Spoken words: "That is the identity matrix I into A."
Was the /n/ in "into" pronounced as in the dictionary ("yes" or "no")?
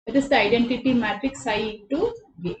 no